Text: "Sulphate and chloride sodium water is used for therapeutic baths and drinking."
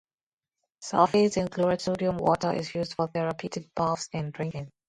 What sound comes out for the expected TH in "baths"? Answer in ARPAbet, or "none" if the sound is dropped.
F